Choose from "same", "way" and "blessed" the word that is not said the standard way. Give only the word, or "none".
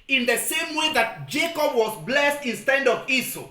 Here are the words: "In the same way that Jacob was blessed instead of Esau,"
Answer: none